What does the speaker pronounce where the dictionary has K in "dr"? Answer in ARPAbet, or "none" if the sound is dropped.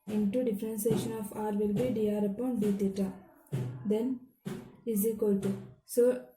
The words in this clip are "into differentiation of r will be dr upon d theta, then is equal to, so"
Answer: none